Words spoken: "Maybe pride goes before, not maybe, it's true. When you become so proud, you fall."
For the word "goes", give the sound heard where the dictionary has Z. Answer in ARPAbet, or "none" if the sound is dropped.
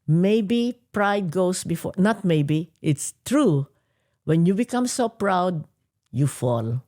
S